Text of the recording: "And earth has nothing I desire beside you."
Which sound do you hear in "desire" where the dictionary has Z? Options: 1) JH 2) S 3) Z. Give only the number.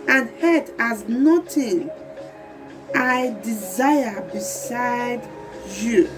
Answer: 3